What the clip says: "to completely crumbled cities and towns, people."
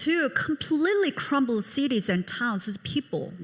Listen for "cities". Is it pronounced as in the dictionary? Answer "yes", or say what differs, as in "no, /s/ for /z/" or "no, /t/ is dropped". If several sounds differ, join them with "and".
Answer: yes